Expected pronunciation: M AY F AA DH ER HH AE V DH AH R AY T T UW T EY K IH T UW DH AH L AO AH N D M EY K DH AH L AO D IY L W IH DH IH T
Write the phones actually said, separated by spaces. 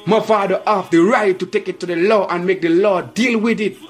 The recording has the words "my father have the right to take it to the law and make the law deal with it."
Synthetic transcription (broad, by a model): M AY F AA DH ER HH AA F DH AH R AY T T UW T EY K IH T UW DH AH L AO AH N M EY K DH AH L AO D IY L W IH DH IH T